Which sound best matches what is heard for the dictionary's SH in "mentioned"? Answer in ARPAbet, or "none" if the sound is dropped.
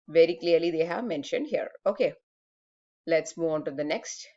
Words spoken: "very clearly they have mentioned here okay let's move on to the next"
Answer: SH